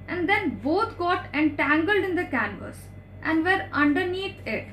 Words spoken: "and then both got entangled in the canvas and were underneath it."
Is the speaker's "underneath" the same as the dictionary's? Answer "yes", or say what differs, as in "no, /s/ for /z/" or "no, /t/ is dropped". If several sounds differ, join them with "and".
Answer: no, /t/ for /θ/